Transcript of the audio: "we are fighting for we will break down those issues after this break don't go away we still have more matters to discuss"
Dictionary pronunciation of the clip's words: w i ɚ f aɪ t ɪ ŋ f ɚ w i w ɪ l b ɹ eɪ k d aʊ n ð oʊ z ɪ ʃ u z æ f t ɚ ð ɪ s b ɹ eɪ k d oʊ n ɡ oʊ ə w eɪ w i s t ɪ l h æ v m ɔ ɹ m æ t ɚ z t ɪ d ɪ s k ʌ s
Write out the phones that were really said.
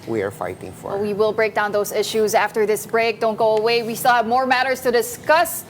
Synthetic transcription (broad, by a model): w i ɚ f aɪ t ɪ ŋ f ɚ w i w ɪ l b ɹ eɪ k d aʊ n ð oʊ z ɪ ʃ u z æ f t ɚ ð ɪ s b ɹ eɪ k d oʊ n ɡ oʊ ə w eɪ w i s t ɪ l h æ v m ɔ ɹ m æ t ɚ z t ɪ d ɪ s k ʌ s